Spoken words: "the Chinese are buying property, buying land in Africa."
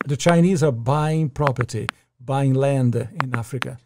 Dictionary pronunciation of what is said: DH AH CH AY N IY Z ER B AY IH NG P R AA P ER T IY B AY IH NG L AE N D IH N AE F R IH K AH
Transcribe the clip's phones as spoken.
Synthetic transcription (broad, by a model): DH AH CH AY N IY Z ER B AY IH NG P R AA P ER T IY B AY IH NG L AE N D IH N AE F R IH K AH